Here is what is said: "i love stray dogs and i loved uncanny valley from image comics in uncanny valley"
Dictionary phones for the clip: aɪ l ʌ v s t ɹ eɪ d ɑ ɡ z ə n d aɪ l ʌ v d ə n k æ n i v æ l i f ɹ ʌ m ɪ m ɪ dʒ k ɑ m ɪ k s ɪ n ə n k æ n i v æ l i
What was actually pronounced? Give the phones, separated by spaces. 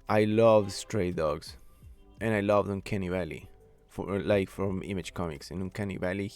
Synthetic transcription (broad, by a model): aɪ l ʌ v s t ɹ eɪ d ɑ ɡ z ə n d aɪ l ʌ v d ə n k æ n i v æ l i f ɹ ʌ m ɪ m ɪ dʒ k ɑ m ɪ k s ɪ n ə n k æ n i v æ l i